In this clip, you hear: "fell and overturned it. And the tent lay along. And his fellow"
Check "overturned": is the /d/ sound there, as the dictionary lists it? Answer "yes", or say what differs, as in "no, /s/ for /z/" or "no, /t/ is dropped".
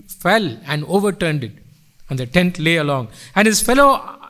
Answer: yes